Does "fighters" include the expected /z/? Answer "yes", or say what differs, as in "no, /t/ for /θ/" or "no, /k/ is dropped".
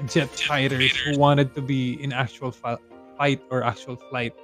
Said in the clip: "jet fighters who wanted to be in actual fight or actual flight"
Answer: no, /s/ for /z/